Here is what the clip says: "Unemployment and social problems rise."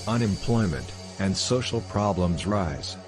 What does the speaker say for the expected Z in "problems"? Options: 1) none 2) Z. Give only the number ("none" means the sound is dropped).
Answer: 2